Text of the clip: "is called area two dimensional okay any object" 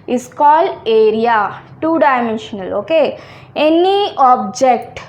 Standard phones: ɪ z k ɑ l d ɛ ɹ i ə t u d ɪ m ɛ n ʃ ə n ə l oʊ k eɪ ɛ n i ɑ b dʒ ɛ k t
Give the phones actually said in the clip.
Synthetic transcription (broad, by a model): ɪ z k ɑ l ɛ ɹ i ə t u d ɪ m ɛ n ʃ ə n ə l oʊ k eɪ ɛ n i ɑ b dʒ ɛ k t